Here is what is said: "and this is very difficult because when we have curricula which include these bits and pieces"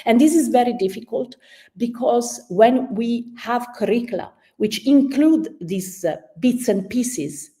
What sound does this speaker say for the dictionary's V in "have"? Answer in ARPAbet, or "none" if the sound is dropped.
V